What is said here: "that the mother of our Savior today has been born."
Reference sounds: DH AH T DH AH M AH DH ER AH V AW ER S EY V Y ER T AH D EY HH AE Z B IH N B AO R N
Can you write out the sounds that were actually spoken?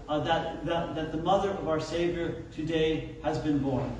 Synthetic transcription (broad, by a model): DH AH T DH AH M AH DH ER AH V AW ER S EY V Y ER T AH D EY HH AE Z B IH N B AO R N